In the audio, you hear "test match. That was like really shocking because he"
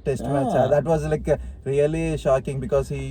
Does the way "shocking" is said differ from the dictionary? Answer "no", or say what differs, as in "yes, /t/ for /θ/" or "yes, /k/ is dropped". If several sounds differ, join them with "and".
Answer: no